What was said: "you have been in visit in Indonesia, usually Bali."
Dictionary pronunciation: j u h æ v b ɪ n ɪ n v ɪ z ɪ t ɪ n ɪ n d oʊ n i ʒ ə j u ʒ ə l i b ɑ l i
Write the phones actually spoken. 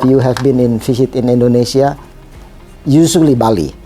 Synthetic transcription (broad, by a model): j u h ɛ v b ɪ n ɪ n f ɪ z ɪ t ɪ n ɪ n d oʊ n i s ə j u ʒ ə l i b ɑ l i